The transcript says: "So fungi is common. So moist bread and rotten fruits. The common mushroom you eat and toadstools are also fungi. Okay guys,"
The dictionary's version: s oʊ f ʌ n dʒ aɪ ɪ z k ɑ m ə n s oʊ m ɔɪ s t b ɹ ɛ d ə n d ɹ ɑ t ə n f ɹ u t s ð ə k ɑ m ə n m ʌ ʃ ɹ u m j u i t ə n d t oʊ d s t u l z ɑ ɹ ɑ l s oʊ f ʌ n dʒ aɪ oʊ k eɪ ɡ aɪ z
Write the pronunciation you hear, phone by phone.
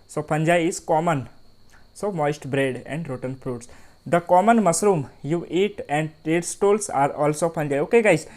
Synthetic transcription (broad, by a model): s oʊ p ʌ n dʒ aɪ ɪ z k ɑ m ə n s oʊ m ɔɪ s t b ɹ ɛ d ə n d ɹ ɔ t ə n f ɹ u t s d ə k ɑ m ə n m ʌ s ɹ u m j u i t ə n d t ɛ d s t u l s ɑ ɹ ɑ l s oʊ p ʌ n dʒ aɪ oʊ k eɪ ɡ aɪ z